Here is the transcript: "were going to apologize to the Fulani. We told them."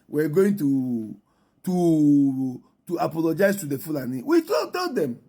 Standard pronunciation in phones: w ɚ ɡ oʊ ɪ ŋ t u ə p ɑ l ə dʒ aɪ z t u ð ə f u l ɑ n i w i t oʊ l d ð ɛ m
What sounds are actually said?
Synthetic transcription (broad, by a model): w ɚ ɡ oʊ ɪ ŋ t u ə p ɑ l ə dʒ aɪ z t u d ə f u l ɑ n i w i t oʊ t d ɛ m